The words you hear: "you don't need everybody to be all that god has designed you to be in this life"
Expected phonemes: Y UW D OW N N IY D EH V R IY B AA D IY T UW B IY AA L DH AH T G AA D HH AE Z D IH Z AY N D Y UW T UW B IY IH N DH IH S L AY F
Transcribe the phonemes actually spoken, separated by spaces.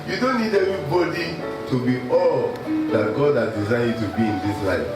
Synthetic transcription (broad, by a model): Y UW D OW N N IY D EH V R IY B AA D IY T UW B IY AA L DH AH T G AA D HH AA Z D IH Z AY D T UW B IY IH N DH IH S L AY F